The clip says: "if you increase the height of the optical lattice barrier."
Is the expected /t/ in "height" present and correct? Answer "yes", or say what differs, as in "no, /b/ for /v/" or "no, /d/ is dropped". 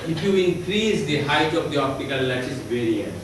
yes